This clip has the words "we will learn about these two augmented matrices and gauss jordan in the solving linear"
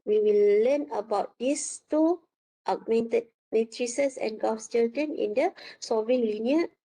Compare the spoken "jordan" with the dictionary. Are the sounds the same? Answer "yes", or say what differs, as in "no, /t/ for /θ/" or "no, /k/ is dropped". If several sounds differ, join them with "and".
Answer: no, /l/ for /ɹ/